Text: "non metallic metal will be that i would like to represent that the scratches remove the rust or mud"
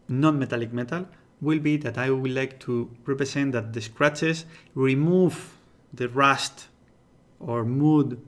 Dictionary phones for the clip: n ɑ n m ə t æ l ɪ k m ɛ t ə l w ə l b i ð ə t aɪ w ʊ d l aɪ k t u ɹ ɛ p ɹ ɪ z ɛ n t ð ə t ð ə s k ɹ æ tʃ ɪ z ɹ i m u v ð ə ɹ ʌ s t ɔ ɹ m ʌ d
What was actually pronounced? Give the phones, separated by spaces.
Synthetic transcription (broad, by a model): n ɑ n m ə t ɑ l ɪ k m ɛ t ə l w ə l b i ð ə t aɪ w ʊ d l aɪ k t u ɹ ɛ p ɹ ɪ s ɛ n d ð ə t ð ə s k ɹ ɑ tʃ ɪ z ɹ i m u v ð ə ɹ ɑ s t ɔ ɹ m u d